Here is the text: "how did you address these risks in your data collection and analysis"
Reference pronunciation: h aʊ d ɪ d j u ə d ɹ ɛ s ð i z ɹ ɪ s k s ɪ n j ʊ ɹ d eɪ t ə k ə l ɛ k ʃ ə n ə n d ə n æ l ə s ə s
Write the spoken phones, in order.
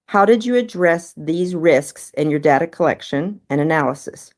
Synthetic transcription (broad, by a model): h aʊ d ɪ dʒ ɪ ə d ɹ ɛ s ð i z ɹ ɪ s k s ɪ n j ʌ ɹ d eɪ t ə k ə l ɛ k ʃ ə n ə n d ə n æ l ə s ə s